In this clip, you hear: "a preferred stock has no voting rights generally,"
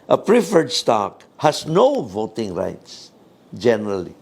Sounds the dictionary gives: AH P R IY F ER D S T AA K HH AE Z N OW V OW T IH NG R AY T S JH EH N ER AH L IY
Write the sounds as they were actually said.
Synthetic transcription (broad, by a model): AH P R IY F ER D S T AA K HH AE S N OW V OW T IH NG R AY T S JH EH N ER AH L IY